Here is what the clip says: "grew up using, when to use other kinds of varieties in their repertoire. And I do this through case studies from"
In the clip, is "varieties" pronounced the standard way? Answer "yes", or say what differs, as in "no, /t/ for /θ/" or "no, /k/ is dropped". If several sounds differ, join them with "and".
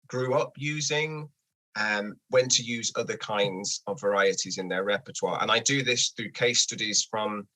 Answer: yes